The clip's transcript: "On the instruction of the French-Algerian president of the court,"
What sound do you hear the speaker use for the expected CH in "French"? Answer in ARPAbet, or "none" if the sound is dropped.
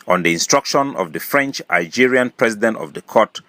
CH